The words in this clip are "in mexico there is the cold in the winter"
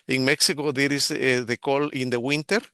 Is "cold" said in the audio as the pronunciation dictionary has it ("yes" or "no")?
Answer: no